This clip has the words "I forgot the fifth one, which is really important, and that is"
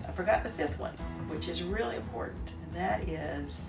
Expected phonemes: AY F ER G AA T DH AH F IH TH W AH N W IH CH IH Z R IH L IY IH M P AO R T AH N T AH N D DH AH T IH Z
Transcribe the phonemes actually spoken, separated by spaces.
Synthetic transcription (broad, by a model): AY F ER G AA T DH AH F IH TH W AH N W IH CH IH Z R IH L IY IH M P AO R T N T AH N DH AH T IH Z